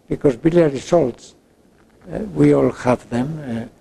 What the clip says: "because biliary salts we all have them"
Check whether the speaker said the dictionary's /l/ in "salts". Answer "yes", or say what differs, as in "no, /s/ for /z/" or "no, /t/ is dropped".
yes